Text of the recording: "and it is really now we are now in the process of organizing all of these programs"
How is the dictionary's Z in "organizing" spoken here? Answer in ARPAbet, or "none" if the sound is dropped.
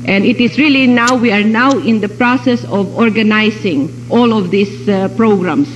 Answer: S